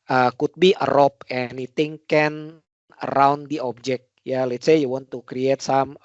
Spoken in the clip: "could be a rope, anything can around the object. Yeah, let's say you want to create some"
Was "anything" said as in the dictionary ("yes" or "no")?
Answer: no